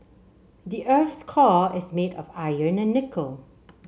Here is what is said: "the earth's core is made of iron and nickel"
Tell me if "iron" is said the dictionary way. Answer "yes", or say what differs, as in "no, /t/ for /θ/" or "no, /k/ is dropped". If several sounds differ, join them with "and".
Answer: yes